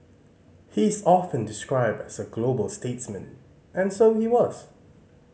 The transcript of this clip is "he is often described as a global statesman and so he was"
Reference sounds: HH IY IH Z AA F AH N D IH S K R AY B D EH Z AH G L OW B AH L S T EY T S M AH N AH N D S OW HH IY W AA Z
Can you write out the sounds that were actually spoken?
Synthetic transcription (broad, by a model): HH IY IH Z AA F AH N D IH S K R AY B D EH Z AH G L OW B AH L S T EY T S M AH N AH N S OW HH IY W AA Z